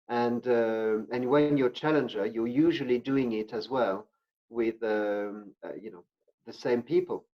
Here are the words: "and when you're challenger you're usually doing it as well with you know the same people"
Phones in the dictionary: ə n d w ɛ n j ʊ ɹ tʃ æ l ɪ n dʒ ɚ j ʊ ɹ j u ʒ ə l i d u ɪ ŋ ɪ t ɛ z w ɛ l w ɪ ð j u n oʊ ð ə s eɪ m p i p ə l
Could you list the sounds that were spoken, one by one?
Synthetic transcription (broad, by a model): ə n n w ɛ n j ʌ ɹ tʃ æ l ɪ n dʒ ɚ j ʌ ɹ j u ʒ ə l i d u ɪ ŋ ɪ t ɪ z w ɛ l w ɪ ð j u n oʊ ð ə s eɪ m p i p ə l